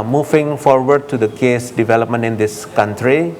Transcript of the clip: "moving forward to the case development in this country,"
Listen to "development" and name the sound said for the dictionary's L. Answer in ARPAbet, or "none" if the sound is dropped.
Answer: L